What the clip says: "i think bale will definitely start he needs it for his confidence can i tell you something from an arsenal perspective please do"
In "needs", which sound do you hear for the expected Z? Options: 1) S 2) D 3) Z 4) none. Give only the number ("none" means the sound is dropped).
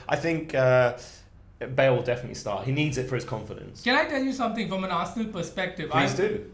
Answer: 3